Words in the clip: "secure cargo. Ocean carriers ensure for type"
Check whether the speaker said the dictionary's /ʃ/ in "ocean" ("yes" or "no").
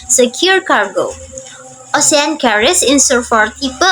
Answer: no